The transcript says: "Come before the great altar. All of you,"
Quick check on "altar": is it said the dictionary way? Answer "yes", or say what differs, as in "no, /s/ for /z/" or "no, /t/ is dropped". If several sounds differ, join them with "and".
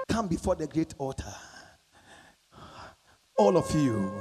no, /l/ is dropped